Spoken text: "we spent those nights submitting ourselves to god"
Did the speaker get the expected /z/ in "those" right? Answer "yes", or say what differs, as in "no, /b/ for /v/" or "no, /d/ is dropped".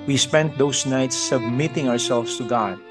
no, /s/ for /z/